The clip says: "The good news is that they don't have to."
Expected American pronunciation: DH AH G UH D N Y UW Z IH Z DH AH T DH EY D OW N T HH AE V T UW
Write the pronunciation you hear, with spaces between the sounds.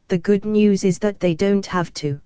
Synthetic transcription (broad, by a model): DH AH G UH D N Y UW Z IH Z DH AH T DH EY D OW N T HH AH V T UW